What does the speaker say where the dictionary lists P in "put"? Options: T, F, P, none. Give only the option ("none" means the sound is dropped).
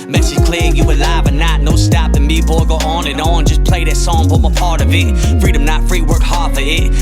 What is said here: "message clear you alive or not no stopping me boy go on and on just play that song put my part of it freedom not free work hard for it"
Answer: F